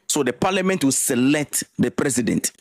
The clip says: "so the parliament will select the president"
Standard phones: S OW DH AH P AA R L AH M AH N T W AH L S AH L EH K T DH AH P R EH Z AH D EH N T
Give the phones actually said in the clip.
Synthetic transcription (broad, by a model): S OW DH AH P AA L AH M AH N T W AH L S AH L EH K T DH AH P R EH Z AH D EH N T